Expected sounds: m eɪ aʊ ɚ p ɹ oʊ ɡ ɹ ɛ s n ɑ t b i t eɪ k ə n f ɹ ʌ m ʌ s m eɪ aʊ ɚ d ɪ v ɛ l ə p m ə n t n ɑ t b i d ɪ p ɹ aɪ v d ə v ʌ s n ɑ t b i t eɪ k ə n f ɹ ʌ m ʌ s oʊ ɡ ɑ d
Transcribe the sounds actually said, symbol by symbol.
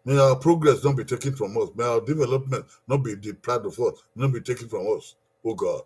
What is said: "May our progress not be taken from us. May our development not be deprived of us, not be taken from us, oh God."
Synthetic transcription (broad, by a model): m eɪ aʊ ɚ p ɹ oʊ ɡ ɹ ɛ s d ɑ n b i t eɪ k ə n f ɹ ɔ m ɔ s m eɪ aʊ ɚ d ɪ v ɛ l ə p m ə n t n ɑ t b i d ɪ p l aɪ d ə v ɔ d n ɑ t b i t eɪ k ə n f ɹ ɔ m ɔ s oʊ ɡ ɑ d